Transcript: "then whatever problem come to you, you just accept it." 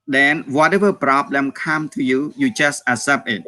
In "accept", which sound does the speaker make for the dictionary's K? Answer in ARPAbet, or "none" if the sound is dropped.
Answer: none